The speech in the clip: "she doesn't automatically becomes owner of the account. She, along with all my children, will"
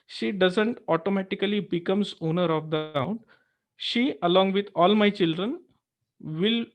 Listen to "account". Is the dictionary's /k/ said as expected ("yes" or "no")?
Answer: no